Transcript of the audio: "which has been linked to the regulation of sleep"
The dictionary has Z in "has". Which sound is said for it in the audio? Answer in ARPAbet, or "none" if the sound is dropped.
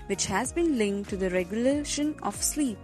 Z